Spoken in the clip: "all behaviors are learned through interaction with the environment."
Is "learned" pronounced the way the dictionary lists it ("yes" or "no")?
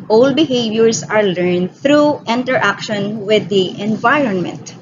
yes